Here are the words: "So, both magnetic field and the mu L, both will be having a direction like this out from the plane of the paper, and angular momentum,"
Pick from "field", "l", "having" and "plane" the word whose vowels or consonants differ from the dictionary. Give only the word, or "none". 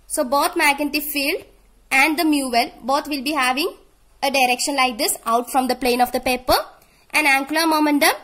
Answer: none